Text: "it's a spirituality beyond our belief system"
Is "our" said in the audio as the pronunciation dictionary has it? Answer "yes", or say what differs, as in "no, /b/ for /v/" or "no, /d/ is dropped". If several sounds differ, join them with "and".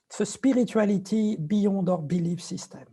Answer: yes